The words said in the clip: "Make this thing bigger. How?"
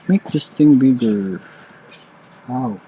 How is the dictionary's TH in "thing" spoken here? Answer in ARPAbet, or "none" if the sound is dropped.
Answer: T